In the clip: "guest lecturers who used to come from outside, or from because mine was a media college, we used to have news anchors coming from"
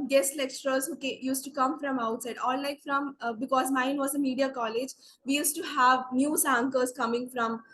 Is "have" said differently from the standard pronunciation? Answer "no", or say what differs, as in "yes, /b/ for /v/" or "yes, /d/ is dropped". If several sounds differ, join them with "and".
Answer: no